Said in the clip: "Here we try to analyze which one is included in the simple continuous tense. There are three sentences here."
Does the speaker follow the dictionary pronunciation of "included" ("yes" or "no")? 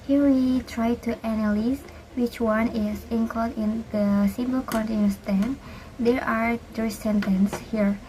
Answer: no